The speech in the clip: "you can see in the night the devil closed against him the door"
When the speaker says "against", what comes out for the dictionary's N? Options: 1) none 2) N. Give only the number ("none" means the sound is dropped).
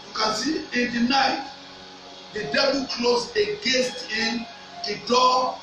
1